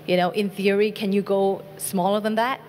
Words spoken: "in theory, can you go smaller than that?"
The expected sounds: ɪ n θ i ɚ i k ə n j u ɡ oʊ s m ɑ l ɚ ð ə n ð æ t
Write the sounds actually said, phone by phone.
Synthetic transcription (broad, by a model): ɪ n θ i ɚ i k ə n j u ɡ oʊ s m ɑ l ɚ ð ə n ð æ t